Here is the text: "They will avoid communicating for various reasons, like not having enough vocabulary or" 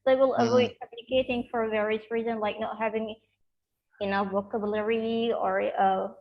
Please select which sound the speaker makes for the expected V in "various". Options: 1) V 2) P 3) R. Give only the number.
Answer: 1